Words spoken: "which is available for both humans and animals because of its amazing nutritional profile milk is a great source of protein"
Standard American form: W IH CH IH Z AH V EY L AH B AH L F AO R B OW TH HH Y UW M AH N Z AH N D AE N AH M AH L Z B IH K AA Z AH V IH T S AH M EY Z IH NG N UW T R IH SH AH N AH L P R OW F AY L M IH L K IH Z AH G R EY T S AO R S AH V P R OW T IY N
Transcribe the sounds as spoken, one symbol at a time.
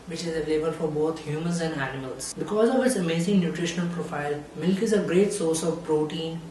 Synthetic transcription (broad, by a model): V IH CH IH Z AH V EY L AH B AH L F AO R B OW T HH Y UW M AH N Z AH N D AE N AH M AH L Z B IH K AA Z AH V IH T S AH M EY Z IH NG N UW T R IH SH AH N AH L P R OW F AY L M IH L K IH Z AH G R EY T S AO R S AH V P R OW T IY N